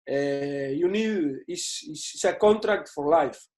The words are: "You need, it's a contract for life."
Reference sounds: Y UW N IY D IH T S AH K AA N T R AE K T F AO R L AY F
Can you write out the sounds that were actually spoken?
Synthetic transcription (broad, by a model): Y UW N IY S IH S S AH K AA N T R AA K T F AO R L AY F